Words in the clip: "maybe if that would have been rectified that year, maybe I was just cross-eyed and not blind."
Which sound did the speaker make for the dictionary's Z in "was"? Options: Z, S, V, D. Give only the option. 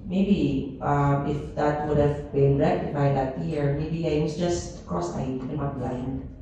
S